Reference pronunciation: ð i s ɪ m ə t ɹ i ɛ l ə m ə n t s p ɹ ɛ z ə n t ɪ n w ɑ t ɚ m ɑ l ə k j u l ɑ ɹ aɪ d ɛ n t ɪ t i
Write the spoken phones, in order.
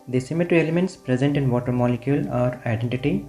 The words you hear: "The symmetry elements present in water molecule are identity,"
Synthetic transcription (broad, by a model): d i s ɪ m ə t ɹ i ɛ l ə m ə n t s p ɹ ɛ z ə n t ɪ n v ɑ t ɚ m ɑ l ə k j u l ɑ ɹ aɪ d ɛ n t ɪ t i